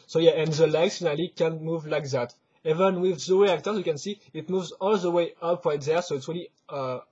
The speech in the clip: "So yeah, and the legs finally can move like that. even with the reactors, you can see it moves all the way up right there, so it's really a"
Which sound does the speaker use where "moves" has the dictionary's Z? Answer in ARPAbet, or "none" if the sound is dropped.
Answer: Z